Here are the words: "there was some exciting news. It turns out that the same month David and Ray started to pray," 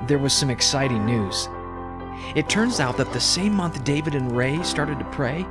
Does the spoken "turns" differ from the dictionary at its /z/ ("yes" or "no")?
no